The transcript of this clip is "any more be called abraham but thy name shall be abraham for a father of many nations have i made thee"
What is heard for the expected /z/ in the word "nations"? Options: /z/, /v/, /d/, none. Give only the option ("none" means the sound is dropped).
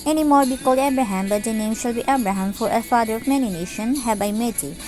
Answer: none